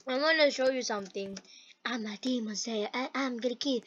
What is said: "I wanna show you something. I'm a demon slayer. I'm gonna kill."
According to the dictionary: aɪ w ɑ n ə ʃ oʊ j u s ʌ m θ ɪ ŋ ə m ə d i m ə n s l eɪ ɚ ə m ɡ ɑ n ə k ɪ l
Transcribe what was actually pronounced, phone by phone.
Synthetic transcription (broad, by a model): aɪ w ɑ n ə ʃ oʊ j u s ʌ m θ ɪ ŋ ə m ə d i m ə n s eɪ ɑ ə m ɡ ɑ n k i